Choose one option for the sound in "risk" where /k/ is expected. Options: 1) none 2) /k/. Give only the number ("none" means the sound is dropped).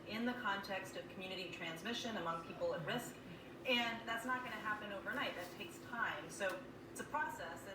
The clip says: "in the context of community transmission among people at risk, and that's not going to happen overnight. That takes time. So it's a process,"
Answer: 2